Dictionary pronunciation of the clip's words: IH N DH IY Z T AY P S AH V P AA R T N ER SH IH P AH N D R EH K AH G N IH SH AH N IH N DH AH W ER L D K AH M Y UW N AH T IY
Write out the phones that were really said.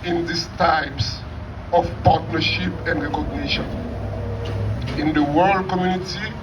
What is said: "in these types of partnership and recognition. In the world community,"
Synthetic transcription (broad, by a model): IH N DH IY S T AY P S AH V P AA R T N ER SH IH P AH N D R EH K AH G N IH SH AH N IH N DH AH W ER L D K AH M Y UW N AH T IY